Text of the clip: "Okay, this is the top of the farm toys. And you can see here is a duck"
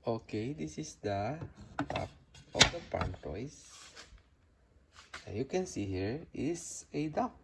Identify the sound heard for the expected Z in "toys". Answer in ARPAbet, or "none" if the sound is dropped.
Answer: S